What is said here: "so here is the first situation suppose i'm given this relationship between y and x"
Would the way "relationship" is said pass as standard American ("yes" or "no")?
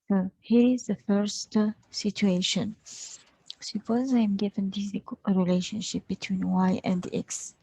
yes